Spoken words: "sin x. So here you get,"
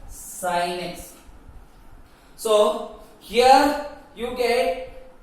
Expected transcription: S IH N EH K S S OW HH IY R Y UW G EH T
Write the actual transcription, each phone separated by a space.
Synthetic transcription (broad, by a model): S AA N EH S S OW HH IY R Y UW G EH T